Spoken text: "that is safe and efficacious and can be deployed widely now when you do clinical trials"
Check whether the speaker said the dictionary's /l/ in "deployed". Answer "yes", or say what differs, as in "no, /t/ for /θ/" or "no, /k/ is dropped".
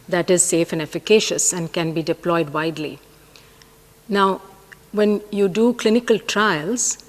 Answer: yes